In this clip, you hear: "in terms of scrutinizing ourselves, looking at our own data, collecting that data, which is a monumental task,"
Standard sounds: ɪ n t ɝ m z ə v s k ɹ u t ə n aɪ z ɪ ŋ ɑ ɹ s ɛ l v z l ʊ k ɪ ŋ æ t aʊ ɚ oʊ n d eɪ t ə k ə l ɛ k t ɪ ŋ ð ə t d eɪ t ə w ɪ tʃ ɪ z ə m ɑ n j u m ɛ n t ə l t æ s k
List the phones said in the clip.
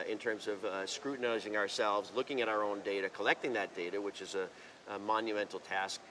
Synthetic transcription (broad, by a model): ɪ n t ɝ m z ə v s k ɹ u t n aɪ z ɪ ŋ ɑ ɹ s ɛ l v z l ʊ k ɪ ŋ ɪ t aʊ ɚ oʊ n d eɪ t ə k ə l ɛ k t ɪ ŋ ð ə t d eɪ t ə w ɪ tʃ ɪ z ə m ɑ n j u m ɛ n t l t æ s k